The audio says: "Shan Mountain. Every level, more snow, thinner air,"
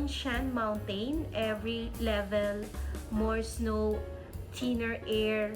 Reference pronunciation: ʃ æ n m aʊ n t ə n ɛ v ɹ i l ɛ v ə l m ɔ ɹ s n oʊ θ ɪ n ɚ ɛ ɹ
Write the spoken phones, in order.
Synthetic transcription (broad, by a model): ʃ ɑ n m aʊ n t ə n ɛ v ɹ i l ɛ v ə l m ɔ ɹ s n oʊ t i n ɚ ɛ ɹ